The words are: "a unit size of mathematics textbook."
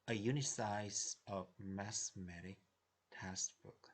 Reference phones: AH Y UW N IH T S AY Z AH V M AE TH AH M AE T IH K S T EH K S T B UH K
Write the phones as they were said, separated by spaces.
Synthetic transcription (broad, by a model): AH Y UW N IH S AY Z AH V M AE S M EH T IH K T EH S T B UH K